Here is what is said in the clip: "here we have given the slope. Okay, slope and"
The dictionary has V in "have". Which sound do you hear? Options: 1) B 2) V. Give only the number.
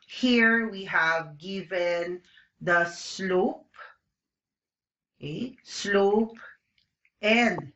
2